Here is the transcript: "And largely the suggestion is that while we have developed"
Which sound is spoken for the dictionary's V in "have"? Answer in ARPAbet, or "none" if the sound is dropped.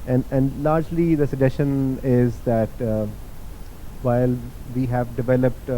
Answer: V